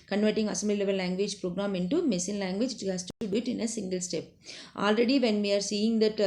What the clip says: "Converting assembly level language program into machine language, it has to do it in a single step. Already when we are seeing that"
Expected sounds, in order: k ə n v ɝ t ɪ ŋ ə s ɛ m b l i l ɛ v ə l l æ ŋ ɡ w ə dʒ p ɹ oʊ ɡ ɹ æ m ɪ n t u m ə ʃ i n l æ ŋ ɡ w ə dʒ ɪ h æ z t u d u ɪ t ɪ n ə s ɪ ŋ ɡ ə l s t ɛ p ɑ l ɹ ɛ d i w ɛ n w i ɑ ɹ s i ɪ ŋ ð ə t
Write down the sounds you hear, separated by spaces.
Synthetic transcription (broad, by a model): k ə n v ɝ t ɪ ŋ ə s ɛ m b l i l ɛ v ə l l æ ŋ ɡ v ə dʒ p ɹ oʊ ɡ ɹ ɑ m ɪ n t u m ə s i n l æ ŋ ɡ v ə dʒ ɪ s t t u d u ɪ t ɪ n ə s ɪ ŋ ɡ ə l s t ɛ p ɑ l ɹ ɛ d i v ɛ n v i ɑ ɹ s i ɪ ŋ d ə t